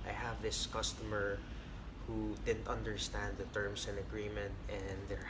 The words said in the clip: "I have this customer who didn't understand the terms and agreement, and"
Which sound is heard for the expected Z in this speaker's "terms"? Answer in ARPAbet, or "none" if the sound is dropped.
S